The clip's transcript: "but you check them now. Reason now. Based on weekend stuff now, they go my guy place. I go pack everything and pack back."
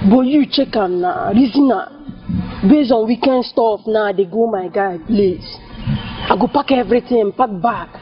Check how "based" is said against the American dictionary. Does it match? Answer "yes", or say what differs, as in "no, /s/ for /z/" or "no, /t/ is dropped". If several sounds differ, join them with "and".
no, /t/ is dropped